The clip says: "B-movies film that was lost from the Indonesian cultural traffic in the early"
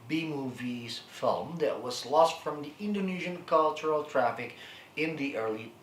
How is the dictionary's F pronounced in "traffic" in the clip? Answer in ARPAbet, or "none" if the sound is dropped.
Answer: F